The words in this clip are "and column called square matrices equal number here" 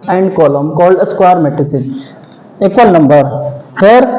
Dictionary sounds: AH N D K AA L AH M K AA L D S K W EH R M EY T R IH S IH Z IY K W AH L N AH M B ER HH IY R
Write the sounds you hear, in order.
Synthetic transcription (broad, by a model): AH N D K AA L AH M K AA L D S K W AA R M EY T IH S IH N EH K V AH L N AH M B ER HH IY R